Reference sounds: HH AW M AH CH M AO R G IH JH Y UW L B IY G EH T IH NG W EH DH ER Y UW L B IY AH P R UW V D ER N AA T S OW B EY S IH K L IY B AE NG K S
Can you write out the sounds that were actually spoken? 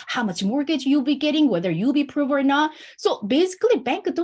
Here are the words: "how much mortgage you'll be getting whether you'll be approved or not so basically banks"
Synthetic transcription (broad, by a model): HH AW M AH CH M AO R G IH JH Y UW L B IY G EH T IH NG W EH DH ER Y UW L B IY P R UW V ER N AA T S OW B EY S IH K L IY B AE NG K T